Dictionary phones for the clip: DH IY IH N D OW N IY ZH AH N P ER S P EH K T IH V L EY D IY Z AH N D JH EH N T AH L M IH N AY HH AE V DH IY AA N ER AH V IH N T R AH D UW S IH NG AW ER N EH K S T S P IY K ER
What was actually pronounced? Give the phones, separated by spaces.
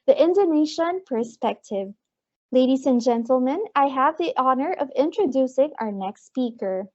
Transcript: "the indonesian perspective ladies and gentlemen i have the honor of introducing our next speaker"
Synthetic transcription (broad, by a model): DH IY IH N D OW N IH SH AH N P ER S P EH K T IH V L EY D IY Z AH N JH EH N T L M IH N AY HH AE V DH IY AA N ER AH V IH N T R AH D UW S IH NG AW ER N EH K S T S P IY K ER